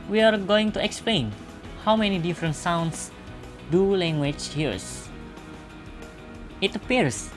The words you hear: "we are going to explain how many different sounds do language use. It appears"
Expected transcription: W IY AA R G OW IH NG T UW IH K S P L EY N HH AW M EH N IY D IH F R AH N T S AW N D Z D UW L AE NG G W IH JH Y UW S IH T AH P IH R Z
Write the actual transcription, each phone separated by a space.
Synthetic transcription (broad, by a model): W IY AA R G OW IH NG T UW IH K S P L EY N HH AW M EH N IY D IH F R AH N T S AW N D S D UW L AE NG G W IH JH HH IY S IH T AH P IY R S